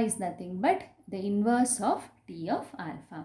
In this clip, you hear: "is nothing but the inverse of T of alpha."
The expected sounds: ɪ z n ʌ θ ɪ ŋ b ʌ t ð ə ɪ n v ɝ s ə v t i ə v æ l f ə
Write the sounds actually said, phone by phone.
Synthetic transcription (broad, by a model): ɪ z n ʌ t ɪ ŋ b ʌ t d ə ɪ n v ɝ s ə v t i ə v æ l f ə